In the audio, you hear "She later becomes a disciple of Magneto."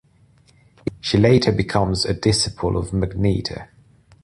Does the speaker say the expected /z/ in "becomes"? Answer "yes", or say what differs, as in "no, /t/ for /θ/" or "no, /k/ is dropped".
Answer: yes